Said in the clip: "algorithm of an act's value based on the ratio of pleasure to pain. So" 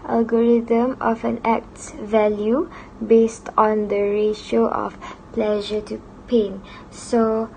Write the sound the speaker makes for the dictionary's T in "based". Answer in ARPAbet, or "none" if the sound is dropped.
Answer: T